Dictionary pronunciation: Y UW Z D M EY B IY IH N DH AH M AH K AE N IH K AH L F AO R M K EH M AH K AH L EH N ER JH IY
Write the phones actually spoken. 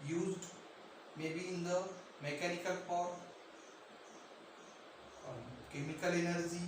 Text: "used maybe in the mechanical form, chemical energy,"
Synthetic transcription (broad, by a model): Y UW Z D M EY B IY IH N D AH M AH K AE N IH K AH L P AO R K EH M AH K AH L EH N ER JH IY